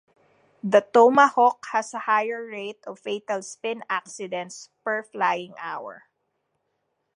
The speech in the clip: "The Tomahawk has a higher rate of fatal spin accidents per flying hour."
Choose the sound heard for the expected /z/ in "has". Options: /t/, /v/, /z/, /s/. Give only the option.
/s/